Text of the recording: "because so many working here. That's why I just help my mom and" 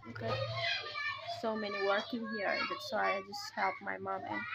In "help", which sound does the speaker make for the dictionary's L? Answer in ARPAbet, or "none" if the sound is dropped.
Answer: L